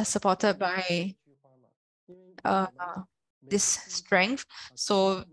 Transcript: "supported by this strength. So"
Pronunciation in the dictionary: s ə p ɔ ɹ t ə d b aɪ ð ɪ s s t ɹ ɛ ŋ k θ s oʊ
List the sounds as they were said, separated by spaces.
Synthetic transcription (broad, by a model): s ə p ɔ t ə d b aɪ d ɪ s s t ɹ ɛ ŋ k θ s oʊ